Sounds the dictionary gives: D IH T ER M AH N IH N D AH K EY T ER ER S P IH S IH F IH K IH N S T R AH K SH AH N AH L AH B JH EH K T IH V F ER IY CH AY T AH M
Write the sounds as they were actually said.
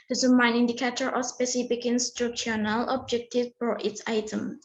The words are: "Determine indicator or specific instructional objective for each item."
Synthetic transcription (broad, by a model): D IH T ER M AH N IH N D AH K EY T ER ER S P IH S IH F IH K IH N S T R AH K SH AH N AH L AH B JH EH K T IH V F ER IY S AY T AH M